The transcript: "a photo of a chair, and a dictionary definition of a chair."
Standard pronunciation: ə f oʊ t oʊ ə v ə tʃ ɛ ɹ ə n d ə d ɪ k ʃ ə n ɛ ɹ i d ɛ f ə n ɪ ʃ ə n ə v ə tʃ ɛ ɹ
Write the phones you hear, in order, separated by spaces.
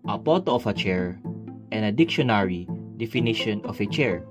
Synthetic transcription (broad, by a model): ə p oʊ t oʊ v ə tʃ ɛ ɹ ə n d ə d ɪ k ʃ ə n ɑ ɹ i d ɛ f ə n ɪ ʃ ə n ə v ə tʃ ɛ ɹ